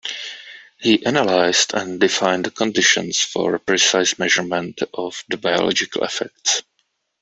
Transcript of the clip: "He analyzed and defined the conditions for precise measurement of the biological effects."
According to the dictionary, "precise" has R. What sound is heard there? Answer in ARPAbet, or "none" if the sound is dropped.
R